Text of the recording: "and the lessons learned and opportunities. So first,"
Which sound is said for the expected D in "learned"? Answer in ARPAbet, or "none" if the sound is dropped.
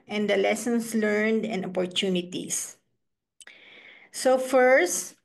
D